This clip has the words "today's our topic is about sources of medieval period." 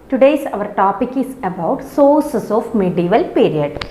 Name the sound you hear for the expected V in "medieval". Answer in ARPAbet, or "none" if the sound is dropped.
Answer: V